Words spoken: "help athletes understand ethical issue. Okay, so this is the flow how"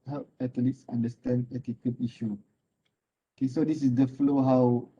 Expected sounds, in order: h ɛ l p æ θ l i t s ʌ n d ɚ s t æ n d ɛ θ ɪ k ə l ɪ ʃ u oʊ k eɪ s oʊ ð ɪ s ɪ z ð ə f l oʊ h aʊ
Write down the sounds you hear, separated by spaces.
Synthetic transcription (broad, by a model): h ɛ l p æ t l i t s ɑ n d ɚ s t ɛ n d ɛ t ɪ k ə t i ʃ u oʊ k eɪ s oʊ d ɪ s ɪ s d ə f l oʊ h aʊ